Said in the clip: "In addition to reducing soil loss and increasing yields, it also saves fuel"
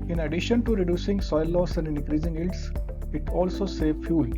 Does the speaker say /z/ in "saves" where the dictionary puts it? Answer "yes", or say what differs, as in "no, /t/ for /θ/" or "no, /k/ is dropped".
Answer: no, /z/ is dropped